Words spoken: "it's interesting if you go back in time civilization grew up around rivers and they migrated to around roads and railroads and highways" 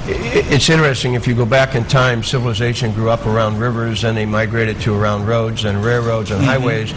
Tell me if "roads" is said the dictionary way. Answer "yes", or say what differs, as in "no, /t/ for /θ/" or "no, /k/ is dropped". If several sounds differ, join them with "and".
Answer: yes